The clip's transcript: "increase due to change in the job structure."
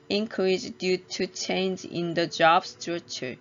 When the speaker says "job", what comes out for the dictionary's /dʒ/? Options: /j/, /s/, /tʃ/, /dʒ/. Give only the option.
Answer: /dʒ/